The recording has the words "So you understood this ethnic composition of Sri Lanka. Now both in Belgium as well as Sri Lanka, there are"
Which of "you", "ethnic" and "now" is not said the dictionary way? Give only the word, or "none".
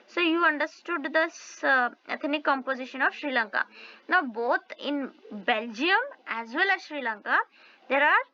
ethnic